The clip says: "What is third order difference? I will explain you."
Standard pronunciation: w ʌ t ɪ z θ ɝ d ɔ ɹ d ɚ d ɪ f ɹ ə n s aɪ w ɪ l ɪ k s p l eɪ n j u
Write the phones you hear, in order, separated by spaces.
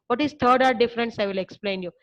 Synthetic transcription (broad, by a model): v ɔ t ɪ z t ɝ d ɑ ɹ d d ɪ f ɹ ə n s aɪ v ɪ l ɪ k s p l eɪ n j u